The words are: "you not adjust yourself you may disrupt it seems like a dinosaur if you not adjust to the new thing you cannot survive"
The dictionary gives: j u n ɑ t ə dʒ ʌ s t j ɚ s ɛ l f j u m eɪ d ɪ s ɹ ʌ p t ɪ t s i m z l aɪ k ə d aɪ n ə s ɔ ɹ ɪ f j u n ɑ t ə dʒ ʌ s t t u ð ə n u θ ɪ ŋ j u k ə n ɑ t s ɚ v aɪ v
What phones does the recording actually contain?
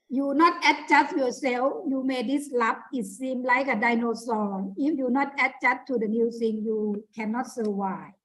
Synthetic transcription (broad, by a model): j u n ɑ t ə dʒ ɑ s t j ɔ s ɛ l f j u m eɪ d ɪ s l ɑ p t ɪ t s i m l aɪ k ə d aɪ n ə s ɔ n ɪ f j u n ɑ t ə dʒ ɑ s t t u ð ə n u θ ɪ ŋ j u k ə n ɑ t s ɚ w aɪ